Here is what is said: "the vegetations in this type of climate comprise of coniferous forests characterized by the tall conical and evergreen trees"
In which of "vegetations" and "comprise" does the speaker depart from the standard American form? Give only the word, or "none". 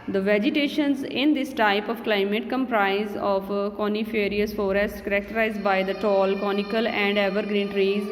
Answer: none